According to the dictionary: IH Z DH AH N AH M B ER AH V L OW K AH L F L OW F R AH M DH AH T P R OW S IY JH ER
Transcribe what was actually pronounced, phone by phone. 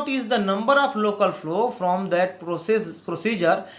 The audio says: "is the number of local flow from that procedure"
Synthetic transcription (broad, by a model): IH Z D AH N AH M B ER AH P L OW K AH L F L OW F R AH M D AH T P R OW S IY JH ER